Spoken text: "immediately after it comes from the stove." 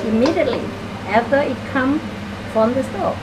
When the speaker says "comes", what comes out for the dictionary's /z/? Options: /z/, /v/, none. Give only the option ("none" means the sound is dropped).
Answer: none